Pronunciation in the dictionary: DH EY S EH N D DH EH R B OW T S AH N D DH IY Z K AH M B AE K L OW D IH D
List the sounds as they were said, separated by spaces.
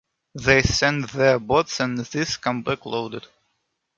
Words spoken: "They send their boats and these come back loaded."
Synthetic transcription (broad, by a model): DH EY S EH N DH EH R B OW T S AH N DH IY S K AH M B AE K L OW D IH D